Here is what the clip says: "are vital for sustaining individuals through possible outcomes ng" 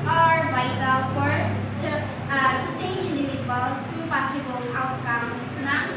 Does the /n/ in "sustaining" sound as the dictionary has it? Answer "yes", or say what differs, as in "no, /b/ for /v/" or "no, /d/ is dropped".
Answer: no, /n/ is dropped